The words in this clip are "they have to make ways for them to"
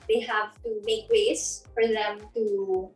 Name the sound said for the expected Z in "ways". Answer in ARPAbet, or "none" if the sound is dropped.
S